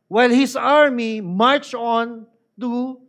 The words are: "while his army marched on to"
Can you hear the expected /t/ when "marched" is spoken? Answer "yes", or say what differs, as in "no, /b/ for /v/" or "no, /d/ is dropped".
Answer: no, /t/ is dropped